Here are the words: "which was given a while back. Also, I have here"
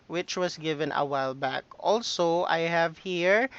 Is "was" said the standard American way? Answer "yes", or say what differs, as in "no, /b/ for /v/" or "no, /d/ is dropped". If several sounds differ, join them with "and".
no, /s/ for /z/